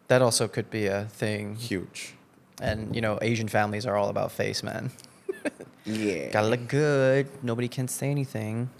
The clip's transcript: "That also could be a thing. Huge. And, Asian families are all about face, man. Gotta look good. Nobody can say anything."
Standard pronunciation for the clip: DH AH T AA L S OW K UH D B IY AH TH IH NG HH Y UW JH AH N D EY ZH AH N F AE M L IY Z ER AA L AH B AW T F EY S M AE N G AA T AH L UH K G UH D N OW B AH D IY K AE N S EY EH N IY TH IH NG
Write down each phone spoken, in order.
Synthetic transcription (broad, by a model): DH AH T AA L S OW K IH D B IY AH TH IH NG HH Y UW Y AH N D EY ZH AH N F AE M L IY Z ER AA L AH B AW T F EY S M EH N G AA T AH L UH K G UH D N OW B AH D IY K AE N S EY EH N IY TH IH NG